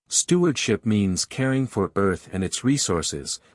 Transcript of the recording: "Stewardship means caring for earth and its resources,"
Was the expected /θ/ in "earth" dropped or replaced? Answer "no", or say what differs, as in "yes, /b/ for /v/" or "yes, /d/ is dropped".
no